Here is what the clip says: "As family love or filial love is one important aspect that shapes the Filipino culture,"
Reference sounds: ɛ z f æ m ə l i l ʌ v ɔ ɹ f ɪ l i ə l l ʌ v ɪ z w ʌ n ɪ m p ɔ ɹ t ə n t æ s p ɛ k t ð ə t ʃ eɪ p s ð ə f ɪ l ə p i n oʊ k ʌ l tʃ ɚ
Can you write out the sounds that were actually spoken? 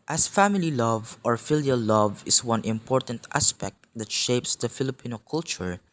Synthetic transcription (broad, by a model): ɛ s f æ m ə l i l ʌ v ɔ ɹ f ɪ l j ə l l ʌ v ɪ s w ʌ n ɪ m p ɔ ɹ t ə n t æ s p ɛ k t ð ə t ʃ eɪ p s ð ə f ɪ l ə p i n oʊ k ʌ l tʃ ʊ